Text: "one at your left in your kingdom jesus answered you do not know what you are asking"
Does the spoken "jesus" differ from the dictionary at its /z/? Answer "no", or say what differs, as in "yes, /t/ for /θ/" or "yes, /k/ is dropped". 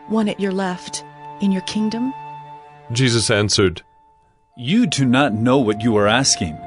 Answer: no